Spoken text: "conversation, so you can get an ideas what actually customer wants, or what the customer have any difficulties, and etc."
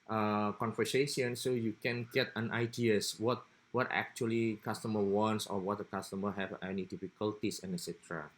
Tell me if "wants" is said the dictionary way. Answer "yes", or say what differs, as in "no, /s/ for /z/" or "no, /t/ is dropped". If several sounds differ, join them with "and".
yes